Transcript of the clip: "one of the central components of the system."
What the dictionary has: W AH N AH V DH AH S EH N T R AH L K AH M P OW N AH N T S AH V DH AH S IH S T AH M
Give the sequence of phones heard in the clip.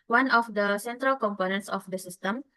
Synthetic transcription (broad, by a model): W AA N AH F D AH S EH N T R AH L K AH M P OW N AH N T S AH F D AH S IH S T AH M